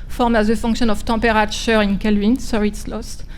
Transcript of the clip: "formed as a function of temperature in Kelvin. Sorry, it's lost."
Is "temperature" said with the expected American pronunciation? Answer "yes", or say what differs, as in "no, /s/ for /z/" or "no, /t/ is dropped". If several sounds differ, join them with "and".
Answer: no, /m/ is dropped